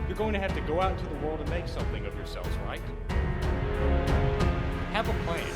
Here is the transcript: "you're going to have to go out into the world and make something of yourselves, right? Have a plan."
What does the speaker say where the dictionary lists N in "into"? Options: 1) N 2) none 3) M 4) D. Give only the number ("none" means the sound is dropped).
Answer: 2